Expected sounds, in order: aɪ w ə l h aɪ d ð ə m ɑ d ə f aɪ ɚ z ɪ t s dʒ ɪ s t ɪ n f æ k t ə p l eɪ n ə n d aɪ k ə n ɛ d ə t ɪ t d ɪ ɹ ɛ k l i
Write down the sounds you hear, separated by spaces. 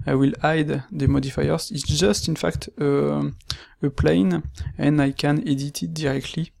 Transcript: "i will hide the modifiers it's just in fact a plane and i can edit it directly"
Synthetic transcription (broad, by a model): aɪ w ə l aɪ d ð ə m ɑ d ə f aɪ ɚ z ɪ t s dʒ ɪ s t ɪ n f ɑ k t ə p l eɪ n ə n aɪ k ə n ɛ d ə t ɪ t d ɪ ɹ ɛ k l i